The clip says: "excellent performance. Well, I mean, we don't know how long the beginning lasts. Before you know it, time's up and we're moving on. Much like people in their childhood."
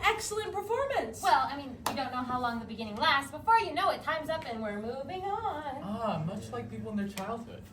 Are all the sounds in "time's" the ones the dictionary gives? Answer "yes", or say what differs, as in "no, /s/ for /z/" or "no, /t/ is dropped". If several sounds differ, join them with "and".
yes